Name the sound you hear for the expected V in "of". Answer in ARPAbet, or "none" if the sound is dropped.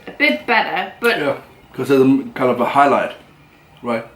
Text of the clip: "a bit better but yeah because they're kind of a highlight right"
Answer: V